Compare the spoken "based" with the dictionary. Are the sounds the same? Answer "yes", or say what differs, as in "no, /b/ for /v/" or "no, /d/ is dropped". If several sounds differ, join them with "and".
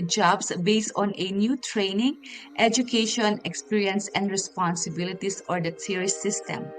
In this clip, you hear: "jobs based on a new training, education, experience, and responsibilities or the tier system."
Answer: yes